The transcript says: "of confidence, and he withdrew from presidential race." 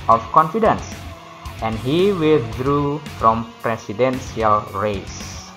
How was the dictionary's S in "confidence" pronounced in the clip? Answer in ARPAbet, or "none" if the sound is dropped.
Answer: S